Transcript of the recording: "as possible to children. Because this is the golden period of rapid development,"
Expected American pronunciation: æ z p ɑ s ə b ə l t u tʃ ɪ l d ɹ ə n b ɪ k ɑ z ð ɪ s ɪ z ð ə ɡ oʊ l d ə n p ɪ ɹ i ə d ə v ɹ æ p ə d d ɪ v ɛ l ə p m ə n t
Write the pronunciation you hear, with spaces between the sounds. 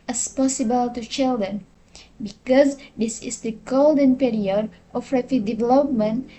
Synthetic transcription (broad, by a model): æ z p ɑ s ə b ə l t u tʃ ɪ l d ɹ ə n b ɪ k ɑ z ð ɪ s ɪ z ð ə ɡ oʊ l d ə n p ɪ ɹ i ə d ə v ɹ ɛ f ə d d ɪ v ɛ l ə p m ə n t